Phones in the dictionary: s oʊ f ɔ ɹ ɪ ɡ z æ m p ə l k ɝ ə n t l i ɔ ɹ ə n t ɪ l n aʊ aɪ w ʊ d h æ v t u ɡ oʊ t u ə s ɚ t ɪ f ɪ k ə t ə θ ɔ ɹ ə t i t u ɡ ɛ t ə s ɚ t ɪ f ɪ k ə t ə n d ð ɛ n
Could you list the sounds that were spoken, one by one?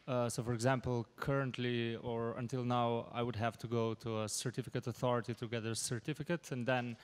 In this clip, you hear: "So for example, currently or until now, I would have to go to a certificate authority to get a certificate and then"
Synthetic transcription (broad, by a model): s oʊ f ɔ ɹ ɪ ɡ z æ m p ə l k ɝ ə n t l i ɔ ɹ ə n t ɪ l n aʊ aɪ w ʊ d h æ v t u ɡ oʊ t u ə s ɚ t ɪ f ɪ k ə t ə θ ɔ ɹ ə t i t u ɡ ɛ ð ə s ɚ t ɪ f ɪ k ə t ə n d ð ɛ n